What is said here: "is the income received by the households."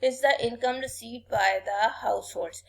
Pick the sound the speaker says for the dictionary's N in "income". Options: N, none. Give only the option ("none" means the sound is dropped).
N